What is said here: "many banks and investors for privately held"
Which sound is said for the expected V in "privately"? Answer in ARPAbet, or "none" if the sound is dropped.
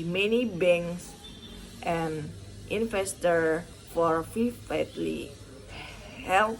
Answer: F